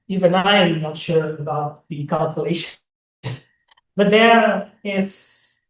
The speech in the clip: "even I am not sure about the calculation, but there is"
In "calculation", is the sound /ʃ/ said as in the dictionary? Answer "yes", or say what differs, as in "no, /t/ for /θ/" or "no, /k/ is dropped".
no, /ʃ/ is dropped